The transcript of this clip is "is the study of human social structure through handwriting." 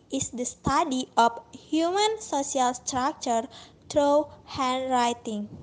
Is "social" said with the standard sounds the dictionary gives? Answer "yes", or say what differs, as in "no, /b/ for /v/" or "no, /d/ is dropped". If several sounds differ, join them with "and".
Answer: no, /s/ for /ʃ/